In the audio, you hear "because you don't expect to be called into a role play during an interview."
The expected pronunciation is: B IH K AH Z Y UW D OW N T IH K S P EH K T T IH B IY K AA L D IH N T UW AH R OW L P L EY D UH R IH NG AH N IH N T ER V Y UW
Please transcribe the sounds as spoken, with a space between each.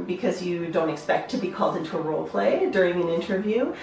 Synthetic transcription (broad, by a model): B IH K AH Z Y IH D OW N T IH K S P EH K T T IH B IY K AA L D IH N T UW AH R OW L P L EY D UH R IH NG AH N IH N T ER V Y UW